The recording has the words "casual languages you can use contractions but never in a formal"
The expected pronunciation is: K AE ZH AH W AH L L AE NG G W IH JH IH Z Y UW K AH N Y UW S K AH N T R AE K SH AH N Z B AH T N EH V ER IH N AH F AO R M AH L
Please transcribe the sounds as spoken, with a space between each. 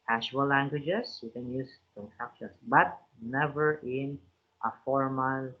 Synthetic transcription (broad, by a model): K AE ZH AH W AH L L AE NG G W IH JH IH S Y UW K AH N Y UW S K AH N S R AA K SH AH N S B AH T N EH V ER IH N AH F AO R M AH L